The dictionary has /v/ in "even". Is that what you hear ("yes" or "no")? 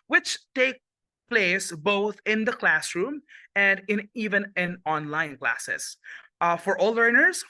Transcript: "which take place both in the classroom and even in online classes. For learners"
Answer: yes